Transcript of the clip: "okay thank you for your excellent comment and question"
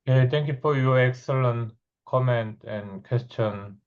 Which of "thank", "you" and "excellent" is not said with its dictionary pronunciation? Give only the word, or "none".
thank